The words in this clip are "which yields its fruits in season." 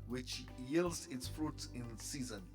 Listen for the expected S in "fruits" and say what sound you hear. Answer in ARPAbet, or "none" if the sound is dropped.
none